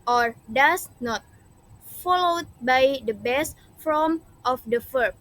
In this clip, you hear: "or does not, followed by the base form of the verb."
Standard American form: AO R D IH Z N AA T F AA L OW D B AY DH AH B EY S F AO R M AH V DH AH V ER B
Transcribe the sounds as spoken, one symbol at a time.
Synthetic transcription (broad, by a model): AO R D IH S N AA T F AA L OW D B AY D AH B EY S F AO M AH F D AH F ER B